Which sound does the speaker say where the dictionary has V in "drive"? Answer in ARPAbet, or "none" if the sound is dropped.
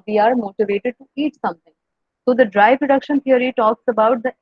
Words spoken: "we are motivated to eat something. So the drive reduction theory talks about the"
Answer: P